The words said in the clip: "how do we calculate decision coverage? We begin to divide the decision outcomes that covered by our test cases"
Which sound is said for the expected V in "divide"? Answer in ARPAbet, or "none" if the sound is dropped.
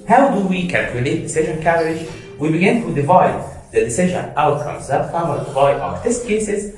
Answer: V